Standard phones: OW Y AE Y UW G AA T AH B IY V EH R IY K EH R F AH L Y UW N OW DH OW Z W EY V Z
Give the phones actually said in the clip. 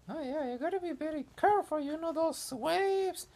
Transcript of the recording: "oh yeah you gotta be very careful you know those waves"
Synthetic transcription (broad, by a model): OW Y AE Y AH G AA T AH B IY B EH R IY K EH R F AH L Y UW N OW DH OW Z W EY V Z